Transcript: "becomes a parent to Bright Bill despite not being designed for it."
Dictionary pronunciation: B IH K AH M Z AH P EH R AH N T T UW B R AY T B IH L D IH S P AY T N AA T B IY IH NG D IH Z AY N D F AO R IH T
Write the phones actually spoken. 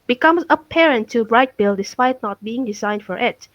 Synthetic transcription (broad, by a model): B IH K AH M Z AH P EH R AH N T T UW B R AY T B IH L D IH S P AY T N AA T B IY IH NG D IH Z AY N D F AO R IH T